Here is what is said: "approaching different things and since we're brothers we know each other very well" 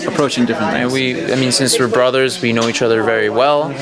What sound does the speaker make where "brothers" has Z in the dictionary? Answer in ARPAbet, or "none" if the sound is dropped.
Z